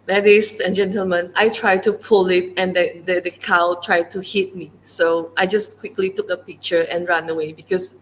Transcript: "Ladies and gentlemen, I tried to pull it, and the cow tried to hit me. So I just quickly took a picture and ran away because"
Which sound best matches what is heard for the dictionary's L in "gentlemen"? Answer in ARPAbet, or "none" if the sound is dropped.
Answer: L